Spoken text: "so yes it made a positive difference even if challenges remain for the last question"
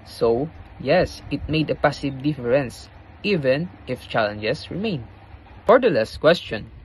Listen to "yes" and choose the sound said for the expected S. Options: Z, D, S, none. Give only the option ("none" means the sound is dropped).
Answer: S